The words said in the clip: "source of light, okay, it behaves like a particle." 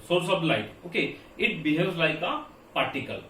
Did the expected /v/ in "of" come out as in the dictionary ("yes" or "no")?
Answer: no